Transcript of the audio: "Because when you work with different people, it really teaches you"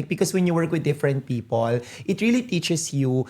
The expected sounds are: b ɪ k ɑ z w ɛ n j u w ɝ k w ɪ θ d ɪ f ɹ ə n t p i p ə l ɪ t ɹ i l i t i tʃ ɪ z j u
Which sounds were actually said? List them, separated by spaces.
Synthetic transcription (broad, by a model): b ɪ k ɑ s w ɛ n j u w ɝ k w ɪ d ɪ f ɹ ə n t p i p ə l ɪ t ɹ i l i t i tʃ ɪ s j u